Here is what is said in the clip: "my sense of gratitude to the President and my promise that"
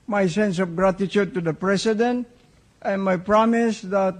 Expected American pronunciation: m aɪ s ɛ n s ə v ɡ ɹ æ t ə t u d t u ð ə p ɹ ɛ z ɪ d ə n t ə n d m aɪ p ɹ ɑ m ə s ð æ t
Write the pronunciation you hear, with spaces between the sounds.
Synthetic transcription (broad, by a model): m aɪ s ɛ n s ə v ɡ ɹ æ t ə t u d t u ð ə p ɹ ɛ s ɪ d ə n t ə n m aɪ p ɹ ɑ m ə s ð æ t